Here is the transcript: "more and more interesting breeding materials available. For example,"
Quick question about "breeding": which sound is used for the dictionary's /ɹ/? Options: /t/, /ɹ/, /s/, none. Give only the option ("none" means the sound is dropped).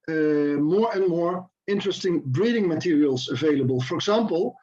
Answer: /ɹ/